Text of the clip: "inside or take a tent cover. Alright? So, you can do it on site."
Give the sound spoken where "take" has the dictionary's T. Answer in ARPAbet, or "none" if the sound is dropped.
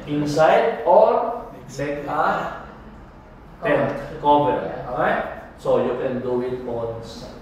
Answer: S